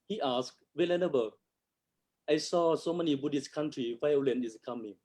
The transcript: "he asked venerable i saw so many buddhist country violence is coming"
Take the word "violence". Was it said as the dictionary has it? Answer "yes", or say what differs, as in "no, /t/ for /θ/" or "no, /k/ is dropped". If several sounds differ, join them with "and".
no, /s/ is dropped